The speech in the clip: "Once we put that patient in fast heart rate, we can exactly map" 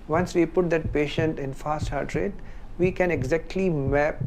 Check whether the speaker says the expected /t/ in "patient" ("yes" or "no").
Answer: yes